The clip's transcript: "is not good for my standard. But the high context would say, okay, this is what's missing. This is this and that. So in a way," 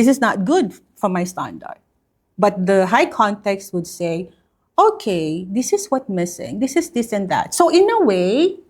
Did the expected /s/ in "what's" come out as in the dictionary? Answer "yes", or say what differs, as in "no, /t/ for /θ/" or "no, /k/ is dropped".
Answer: no, /s/ is dropped